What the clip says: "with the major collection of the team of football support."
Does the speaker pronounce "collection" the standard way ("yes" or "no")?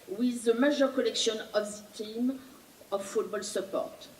yes